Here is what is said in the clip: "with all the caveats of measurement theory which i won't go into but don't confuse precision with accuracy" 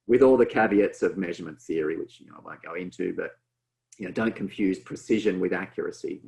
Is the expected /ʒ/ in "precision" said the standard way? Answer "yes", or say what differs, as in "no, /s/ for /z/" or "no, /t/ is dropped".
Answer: yes